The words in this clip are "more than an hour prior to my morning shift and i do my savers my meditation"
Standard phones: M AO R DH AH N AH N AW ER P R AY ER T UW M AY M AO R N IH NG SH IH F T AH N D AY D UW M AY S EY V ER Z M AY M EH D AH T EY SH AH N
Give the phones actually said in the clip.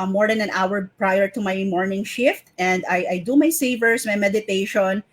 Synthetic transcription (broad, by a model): M AO R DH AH N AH N AW ER P R AY ER T UW M AY M AO R N IH NG SH IH F T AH N D AY D UW M AY S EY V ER S M AY M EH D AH T EY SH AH N